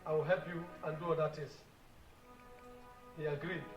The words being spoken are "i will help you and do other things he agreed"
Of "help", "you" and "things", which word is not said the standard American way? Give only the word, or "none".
things